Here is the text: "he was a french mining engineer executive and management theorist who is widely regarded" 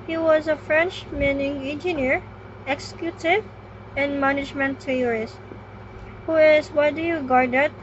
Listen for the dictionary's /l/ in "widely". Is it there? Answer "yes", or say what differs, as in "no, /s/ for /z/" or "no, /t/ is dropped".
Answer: no, /l/ is dropped